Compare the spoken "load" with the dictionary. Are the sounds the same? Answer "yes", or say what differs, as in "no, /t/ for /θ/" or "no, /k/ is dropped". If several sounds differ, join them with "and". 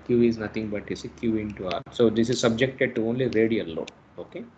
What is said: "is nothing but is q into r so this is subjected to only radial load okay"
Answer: no, /d/ is dropped